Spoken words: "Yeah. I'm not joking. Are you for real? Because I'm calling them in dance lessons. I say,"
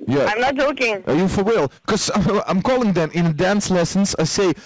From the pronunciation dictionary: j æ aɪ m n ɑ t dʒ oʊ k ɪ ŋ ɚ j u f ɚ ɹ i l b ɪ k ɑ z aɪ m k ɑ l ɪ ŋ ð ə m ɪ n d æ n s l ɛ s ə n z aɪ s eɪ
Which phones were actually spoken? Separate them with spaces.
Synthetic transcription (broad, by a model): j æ aɪ m n ɑ t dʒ oʊ k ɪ ŋ ɚ j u f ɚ w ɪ l k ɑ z aɪ m k ɑ l ɪ ŋ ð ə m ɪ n d æ n s l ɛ s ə n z aɪ s eɪ